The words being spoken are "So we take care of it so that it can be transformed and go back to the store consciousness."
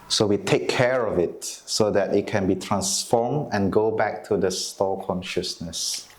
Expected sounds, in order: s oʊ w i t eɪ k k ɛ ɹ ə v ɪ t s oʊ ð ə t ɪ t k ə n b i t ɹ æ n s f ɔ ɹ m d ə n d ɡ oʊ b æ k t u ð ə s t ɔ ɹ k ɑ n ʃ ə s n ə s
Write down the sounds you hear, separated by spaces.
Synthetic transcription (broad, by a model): s oʊ w i t eɪ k k ɛ ɹ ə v ɪ t s oʊ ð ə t ɪ t k ə n b i t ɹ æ n s f ɔ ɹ m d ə n ɡ oʊ b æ k t u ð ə s t ɔ l k ɑ n ʃ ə s n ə s